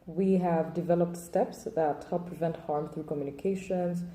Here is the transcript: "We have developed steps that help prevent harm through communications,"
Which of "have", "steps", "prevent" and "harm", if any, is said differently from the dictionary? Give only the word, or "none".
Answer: none